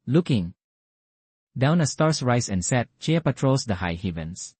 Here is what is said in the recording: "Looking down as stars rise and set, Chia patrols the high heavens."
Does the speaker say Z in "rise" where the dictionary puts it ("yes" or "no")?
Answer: no